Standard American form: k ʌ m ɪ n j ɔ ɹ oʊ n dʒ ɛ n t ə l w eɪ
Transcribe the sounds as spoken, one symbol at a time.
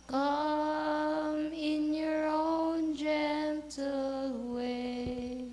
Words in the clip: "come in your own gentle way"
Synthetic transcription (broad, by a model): k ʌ m ɪ n j ɔ ɹ oʊ n dʒ ɛ n t ə l w eɪ